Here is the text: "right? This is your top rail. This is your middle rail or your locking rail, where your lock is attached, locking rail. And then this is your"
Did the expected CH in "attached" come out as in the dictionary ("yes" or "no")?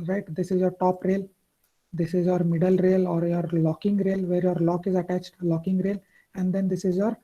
yes